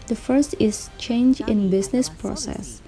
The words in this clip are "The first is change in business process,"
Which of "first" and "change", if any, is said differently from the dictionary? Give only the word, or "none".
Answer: none